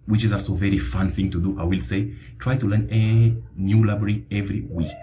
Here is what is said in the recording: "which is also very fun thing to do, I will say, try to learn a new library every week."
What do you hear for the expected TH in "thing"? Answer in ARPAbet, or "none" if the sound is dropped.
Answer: TH